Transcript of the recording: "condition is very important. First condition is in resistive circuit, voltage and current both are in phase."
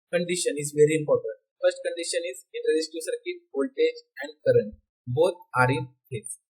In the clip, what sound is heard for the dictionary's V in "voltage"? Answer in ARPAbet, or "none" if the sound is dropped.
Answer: B